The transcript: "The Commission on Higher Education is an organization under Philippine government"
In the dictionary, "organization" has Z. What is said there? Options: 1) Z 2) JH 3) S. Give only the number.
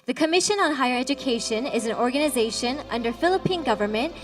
1